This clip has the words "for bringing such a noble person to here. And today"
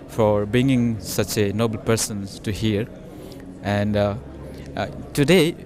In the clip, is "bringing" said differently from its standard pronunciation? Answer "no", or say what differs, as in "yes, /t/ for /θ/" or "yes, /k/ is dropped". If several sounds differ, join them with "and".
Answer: yes, /ɹ/ is dropped